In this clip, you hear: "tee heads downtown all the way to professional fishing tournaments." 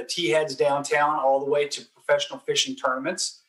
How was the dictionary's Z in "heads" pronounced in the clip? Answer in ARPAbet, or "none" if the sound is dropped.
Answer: Z